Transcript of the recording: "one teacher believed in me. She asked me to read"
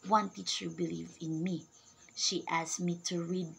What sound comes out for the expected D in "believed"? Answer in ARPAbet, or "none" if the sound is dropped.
none